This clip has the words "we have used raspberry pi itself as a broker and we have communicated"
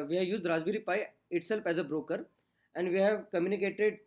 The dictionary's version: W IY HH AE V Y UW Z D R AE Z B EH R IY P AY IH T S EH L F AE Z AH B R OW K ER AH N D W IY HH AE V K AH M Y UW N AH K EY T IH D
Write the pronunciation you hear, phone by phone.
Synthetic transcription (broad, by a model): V IY HH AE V Y UW Z D R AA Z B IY R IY P AY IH T S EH L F AE Z AH B R OW K ER AH N D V IY HH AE V K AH M Y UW N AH K EY T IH D